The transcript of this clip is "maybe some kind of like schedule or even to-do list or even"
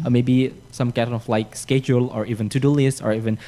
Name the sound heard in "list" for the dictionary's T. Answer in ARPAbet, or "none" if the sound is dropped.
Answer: none